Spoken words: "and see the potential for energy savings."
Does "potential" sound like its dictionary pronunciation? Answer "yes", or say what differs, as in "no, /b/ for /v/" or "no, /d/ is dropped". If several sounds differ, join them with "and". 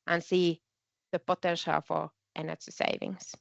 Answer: yes